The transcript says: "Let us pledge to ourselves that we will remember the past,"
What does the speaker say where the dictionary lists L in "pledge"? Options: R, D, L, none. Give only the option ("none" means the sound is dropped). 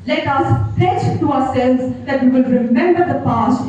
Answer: none